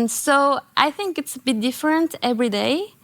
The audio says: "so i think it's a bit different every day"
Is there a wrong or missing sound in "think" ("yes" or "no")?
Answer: no